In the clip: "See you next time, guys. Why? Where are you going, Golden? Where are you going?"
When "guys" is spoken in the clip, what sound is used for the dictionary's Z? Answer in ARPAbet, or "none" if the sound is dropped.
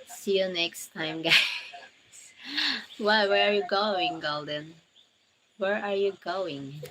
S